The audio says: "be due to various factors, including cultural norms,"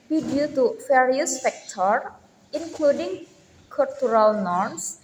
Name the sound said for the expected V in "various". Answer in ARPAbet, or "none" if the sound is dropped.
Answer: F